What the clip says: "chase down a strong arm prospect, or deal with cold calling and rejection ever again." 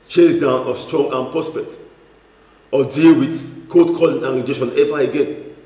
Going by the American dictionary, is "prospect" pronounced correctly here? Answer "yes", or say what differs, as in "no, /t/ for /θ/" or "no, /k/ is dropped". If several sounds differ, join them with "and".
no, /k/ is dropped